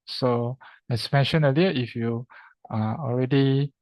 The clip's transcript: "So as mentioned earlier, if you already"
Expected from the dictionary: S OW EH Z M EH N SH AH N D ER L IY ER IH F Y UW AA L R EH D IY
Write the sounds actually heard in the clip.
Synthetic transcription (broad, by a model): S OW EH S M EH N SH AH N ER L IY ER IH F Y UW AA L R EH D IY